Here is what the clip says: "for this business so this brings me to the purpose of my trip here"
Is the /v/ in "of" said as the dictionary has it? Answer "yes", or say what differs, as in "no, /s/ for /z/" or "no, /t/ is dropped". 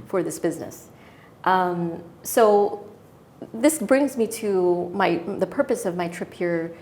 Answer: yes